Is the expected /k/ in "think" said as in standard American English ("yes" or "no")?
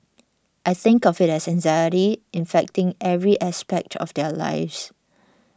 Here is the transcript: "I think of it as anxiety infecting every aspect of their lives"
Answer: yes